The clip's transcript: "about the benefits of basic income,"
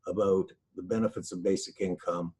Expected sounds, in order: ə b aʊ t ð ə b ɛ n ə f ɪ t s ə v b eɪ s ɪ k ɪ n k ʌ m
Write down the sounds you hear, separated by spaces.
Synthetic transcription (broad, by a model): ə b aʊ t ð ə b ɛ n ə f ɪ t s ə v b eɪ s ɪ k ɪ n k ʌ m